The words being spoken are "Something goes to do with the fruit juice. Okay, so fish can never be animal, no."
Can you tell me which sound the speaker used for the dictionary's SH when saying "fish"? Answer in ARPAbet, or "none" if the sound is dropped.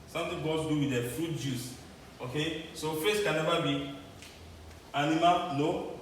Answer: S